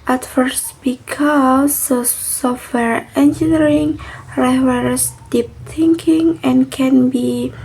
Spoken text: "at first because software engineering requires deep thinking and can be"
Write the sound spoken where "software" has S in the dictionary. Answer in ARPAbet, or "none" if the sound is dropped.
S